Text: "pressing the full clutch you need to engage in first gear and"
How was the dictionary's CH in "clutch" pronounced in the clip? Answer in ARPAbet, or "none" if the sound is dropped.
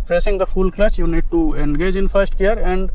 S